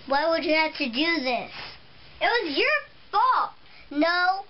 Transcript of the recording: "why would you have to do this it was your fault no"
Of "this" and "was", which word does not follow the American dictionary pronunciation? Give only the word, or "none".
none